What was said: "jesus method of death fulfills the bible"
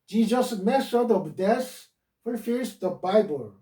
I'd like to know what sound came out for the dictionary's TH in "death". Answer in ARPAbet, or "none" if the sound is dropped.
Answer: S